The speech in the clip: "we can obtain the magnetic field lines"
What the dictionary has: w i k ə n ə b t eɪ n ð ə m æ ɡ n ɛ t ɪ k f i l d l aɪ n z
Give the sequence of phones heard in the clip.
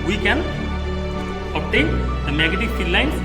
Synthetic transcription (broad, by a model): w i k ə n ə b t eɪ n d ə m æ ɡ ɛ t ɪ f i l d l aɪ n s